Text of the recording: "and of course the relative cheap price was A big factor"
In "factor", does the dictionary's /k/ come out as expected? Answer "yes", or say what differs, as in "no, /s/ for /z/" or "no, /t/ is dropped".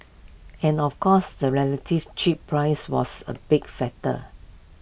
no, /k/ is dropped